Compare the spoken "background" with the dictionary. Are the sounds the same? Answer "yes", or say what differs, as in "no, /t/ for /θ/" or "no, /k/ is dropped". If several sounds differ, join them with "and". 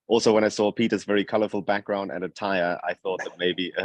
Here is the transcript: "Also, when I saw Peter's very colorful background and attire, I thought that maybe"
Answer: yes